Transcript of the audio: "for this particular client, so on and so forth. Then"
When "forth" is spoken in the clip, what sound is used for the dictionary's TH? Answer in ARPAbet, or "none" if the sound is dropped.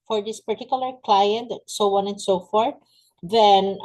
T